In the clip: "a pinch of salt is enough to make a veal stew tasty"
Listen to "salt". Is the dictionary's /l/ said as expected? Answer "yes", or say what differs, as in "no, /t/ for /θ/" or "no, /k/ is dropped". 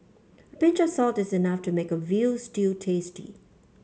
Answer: yes